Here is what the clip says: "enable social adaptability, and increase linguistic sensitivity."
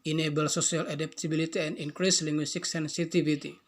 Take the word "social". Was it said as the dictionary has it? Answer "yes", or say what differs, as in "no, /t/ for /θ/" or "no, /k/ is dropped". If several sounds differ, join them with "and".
no, /s/ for /ʃ/